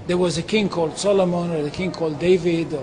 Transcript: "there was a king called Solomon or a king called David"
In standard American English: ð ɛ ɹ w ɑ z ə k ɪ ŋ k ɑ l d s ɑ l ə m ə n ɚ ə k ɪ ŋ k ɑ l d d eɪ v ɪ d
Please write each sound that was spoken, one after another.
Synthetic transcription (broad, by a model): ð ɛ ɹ w ɑ z ə k ɪ ŋ k ɑ l d s ɑ l ə m ə n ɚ ə k ɪ ŋ k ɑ l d d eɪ v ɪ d